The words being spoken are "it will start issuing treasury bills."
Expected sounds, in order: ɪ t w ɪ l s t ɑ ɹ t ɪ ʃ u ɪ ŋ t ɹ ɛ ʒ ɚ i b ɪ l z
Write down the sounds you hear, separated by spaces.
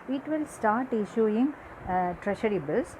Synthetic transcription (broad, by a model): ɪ t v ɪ l s t ɑ ɹ t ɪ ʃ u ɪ ŋ t ɹ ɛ ʃ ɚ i b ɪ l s